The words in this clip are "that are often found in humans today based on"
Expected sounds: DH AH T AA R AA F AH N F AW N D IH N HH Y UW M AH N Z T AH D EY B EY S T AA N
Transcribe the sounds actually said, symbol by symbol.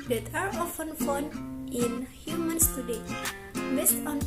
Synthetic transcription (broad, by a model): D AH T AA R AA F AH N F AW N IH N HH Y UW M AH N S T AH D EY B EY S T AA N